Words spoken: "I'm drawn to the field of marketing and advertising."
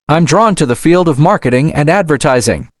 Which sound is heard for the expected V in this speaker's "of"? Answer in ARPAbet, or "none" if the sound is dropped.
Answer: V